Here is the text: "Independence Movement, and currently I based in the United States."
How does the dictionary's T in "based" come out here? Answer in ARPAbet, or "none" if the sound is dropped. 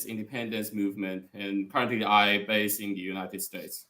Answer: none